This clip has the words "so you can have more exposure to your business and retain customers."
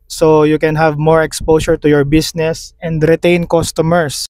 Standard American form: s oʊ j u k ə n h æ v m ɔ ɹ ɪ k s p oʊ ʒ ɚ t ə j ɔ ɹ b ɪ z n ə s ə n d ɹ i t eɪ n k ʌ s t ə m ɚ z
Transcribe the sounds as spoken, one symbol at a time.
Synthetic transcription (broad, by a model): s oʊ j u k ə n h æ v m ɔ ɹ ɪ k s p oʊ s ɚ t ə j ɔ ɹ b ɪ s n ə s ə n d ɹ i t eɪ n k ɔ s t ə m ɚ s